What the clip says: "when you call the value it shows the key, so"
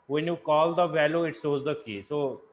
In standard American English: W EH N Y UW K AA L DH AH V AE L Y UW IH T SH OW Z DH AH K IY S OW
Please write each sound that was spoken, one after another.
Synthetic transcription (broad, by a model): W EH N Y UW K AA L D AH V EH L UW IH T S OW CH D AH K IY S OW